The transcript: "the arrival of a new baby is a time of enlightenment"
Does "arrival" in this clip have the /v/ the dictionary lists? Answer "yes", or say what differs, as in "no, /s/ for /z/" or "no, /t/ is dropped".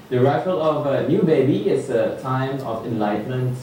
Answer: no, /f/ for /v/